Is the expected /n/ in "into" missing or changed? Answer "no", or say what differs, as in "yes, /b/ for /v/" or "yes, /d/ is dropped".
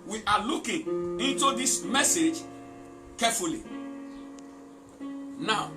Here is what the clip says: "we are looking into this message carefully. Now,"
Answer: no